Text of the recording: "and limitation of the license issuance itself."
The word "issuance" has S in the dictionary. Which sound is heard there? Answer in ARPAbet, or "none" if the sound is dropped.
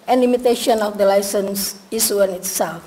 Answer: none